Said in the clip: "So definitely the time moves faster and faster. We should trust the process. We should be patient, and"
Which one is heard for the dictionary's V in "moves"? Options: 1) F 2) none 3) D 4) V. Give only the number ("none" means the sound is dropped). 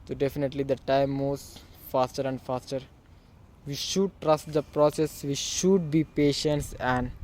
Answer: 2